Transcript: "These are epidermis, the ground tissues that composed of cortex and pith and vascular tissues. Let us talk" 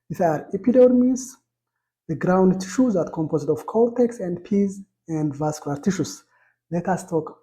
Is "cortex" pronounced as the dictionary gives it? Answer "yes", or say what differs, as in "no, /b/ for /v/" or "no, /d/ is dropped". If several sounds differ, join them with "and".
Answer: no, /l/ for /ɹ/